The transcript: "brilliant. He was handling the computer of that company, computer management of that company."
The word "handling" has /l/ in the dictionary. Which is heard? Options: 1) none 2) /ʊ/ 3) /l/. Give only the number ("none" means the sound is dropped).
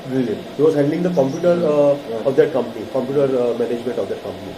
1